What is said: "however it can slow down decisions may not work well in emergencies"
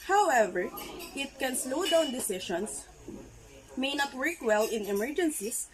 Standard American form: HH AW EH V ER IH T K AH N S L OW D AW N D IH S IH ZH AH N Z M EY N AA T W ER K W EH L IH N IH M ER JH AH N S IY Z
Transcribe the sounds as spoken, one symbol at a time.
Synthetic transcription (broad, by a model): HH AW EH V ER IH T K AH N S L OW D AW N D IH S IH SH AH N S M EY N AA T W ER K W EH L IH N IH M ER JH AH N S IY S